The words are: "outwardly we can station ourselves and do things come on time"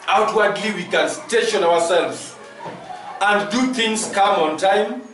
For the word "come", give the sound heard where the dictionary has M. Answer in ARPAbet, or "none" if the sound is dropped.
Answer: M